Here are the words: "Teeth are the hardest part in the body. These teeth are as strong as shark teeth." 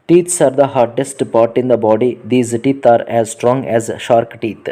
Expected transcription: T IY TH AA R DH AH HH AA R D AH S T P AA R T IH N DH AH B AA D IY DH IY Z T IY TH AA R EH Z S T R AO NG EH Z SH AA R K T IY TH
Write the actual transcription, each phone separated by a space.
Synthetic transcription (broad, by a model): T IY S AA R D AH HH AA R D AH S T P AA R T IH N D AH B AA D IY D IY Z T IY T AA R EH Z S T R AO NG EH Z SH AA R K T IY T